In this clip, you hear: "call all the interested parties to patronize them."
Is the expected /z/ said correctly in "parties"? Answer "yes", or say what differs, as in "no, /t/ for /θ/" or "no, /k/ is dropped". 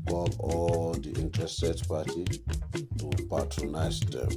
no, /z/ is dropped